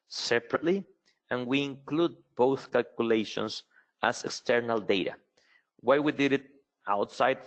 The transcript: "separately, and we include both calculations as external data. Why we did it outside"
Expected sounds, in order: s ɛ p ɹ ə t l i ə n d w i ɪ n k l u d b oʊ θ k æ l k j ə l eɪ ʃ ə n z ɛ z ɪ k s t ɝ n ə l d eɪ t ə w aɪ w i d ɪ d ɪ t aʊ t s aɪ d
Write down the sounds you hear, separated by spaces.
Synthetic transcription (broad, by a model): s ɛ p ɹ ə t l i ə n w i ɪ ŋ k l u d b oʊ θ k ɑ l k j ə l eɪ ʃ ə n s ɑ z ɪ k s t ɝ n ə l d eɪ t ə w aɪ w i d ɪ d ɪ t aʊ t s aɪ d